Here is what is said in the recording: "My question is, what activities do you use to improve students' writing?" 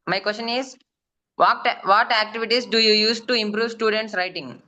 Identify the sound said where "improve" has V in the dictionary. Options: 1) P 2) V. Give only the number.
2